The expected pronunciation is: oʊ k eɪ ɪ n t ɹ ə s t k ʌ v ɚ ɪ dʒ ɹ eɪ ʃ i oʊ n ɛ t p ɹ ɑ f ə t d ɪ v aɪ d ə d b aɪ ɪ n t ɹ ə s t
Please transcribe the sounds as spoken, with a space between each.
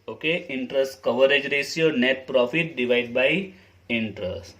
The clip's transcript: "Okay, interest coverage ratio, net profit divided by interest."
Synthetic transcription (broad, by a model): oʊ k eɪ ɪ n t ɹ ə s t k ʌ v ɚ ɪ dʒ ɹ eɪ s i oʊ n ɛ t p ɹ ɑ f ə t d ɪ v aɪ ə d b aɪ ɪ n t ɹ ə s t